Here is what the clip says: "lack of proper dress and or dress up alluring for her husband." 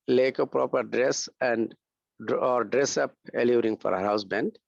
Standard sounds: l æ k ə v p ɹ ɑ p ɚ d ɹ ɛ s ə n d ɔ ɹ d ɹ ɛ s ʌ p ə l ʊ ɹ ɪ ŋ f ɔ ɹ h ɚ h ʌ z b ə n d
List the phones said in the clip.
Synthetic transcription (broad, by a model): l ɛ k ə p ɹ ɑ p ɚ d ɹ ɛ s ə n d ɔ ɹ d ɹ ɛ s ʌ p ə l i ɹ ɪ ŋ f ɔ ɹ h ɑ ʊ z b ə n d